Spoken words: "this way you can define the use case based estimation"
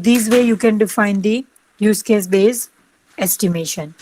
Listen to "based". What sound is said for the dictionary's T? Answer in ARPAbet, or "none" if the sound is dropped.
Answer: none